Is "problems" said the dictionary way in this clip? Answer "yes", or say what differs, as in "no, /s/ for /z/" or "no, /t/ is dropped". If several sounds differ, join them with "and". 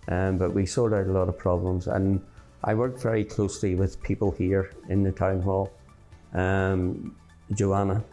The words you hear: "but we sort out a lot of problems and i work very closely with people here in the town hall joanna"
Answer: yes